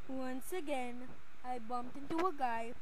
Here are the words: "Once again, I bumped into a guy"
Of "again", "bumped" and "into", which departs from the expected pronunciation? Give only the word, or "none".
none